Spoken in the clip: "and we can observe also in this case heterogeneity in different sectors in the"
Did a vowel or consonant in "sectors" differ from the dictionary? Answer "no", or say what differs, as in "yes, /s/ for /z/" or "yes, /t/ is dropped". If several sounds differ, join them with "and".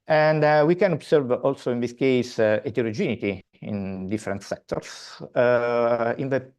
yes, /s/ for /z/